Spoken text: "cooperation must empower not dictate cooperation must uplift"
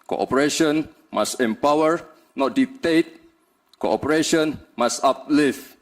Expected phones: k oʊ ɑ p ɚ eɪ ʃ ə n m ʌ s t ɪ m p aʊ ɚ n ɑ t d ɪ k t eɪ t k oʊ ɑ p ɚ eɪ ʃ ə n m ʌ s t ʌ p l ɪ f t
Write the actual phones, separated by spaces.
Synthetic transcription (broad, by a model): k oʊ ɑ p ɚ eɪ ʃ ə n m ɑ s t ɪ m p aʊ ɚ n ɑ t d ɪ t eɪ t k oʊ ɑ p ɚ eɪ ʃ ə n m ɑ s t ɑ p l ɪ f